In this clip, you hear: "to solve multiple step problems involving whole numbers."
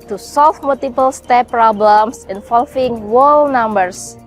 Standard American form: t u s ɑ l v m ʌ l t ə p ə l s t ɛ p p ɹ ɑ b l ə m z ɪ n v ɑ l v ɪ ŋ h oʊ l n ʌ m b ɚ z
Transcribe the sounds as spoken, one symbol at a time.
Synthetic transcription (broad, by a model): t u s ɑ l f m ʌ l t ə p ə l s t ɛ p p ɹ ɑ b l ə m s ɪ n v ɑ l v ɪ ŋ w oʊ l n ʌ m b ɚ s